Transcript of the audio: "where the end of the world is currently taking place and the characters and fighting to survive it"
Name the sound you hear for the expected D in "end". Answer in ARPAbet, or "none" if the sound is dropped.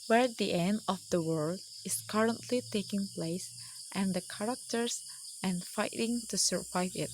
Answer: D